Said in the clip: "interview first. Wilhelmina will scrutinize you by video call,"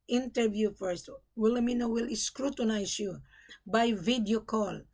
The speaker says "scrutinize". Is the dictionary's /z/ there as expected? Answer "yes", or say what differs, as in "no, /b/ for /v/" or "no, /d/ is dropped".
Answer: no, /s/ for /z/